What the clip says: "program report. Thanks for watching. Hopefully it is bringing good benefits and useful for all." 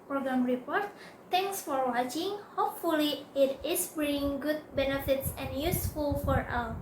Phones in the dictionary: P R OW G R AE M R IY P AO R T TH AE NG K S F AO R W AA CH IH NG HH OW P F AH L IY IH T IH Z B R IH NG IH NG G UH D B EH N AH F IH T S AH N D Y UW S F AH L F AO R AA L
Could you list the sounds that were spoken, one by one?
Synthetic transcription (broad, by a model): P R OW G R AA M R IY P AO R T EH NG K S F AO R W AA CH IH NG HH OW P F AH L IY IH T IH S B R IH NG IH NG G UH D B EH N AH F IH T S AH N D Y UW S F AH L F AO R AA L